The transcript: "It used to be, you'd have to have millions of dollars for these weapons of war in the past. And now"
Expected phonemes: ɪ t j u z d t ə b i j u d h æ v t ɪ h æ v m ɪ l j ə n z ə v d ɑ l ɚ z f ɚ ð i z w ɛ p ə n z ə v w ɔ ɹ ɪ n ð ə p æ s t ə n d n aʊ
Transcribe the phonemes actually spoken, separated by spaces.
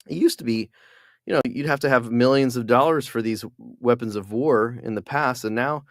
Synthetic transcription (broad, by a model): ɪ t j u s t ə b i j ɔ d h æ f t ɪ v m ɪ l j ə n z ə v d ɑ l ɚ z f ɚ ð i z w ɛ p ə n z ə v w ɔ ɹ ɪ n ð ə p æ s t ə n n aʊ